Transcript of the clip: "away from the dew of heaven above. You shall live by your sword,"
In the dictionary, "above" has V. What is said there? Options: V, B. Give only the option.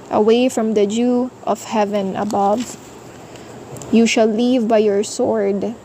V